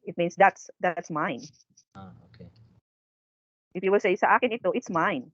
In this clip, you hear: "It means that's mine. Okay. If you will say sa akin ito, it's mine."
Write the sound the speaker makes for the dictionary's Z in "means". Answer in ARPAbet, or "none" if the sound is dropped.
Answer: S